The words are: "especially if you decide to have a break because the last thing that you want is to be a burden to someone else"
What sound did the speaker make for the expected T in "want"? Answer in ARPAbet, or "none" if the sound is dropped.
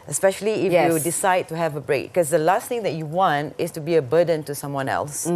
T